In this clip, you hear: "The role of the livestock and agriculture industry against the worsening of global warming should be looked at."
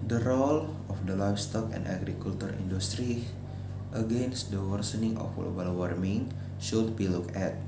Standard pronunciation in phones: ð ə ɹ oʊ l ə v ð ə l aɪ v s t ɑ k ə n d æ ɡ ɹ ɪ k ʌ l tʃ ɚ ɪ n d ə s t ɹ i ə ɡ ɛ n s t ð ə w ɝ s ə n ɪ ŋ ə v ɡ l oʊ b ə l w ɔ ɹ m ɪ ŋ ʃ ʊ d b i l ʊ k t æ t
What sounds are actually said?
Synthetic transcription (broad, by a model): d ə ɹ oʊ l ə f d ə l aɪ f s t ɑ k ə n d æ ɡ ɹ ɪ k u l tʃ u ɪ n d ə s t ɹ i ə ɡ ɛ n s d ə w ɝ s ə n ɪ ŋ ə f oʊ ə l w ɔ ɹ m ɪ ŋ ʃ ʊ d b i l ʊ k æ t